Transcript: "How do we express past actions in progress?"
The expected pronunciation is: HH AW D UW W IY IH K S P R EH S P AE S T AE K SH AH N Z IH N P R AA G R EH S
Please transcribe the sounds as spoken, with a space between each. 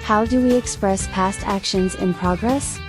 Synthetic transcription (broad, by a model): HH AW D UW W IY IH K S P R EH S P AE S T AE K SH AH N Z IH N P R AA G R EH S